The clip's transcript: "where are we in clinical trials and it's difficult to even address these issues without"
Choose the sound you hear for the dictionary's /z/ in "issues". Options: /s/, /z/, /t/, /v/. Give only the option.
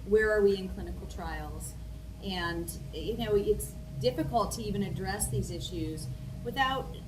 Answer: /z/